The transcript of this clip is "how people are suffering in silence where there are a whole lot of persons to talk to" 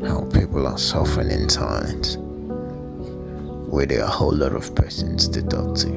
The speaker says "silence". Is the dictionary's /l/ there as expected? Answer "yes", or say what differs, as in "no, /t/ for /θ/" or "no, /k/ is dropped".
no, /l/ is dropped